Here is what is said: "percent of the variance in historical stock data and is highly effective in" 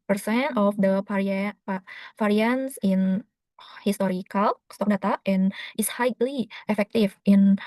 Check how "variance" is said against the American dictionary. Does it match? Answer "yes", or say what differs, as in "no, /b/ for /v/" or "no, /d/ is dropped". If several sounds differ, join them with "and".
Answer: no, /f/ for /v/